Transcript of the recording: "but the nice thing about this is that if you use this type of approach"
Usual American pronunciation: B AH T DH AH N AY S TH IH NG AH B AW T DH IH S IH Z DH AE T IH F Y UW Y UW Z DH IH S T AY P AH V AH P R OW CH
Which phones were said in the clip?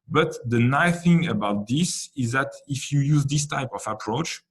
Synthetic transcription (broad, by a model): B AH T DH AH N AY TH IH NG AH B AW T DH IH S IH Z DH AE T IH F Y UW Y UW Z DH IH S T AY P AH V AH P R OW CH